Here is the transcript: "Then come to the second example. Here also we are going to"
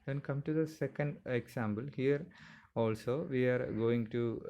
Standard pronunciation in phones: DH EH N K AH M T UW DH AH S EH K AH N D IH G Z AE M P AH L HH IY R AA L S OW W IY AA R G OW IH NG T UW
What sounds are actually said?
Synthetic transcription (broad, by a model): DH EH N K AH M T UW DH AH S EH K AH N D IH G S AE M B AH L HH IY R AA L S OW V IY AA R G OW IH NG T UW